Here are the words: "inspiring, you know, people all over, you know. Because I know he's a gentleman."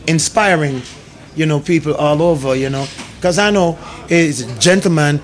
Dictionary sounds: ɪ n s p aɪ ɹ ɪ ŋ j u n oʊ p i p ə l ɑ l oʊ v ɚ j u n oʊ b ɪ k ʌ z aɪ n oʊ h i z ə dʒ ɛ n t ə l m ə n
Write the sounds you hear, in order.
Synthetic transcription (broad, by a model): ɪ n s p aɪ ɹ ɪ ŋ j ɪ n oʊ p i p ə l ɑ l oʊ v ɚ j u n oʊ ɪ k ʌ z aɪ n oʊ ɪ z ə dʒ ɛ n t l m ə n